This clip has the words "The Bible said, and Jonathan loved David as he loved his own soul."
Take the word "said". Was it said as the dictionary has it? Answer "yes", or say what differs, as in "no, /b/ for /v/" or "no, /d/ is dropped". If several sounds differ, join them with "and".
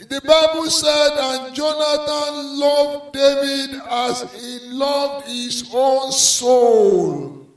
yes